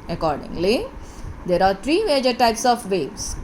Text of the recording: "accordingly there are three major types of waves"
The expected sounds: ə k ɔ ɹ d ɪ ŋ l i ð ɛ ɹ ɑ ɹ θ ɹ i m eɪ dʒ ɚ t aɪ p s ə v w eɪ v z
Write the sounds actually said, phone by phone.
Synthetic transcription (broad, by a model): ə k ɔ ɹ d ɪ ŋ l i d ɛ ɹ ɑ ɹ t ɹ i m eɪ dʒ ɚ t aɪ p s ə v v eɪ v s